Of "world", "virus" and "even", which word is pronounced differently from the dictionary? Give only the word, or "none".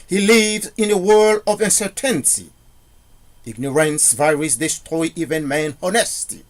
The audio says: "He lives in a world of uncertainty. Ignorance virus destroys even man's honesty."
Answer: none